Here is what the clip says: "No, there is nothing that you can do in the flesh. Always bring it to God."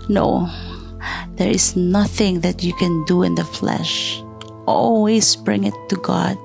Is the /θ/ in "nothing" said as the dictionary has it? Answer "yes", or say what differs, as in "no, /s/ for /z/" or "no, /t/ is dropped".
yes